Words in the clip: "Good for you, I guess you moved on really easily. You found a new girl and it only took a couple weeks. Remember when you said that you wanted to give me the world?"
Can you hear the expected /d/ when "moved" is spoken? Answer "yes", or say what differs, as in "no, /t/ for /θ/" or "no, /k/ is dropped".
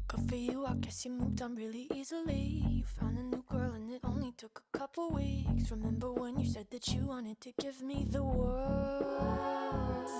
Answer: yes